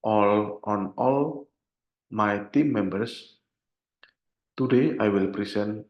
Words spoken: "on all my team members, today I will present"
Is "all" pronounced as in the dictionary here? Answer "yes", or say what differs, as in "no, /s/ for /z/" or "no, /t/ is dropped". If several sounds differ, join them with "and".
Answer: yes